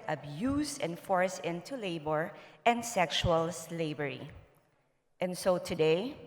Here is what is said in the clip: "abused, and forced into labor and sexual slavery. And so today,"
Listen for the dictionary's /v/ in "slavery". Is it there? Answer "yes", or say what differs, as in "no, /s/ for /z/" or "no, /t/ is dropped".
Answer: no, /b/ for /v/